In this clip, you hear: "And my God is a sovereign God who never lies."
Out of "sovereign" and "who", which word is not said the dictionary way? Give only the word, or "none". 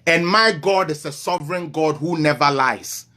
none